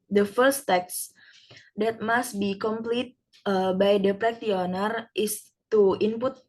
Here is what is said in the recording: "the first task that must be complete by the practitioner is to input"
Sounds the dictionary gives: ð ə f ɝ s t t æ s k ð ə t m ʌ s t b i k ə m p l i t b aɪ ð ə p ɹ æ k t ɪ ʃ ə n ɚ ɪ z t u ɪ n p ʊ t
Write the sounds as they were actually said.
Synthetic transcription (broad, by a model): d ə f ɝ s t t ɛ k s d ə t m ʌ s t b i k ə m p l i t b aɪ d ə p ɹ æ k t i ə n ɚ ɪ s t u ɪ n p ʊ t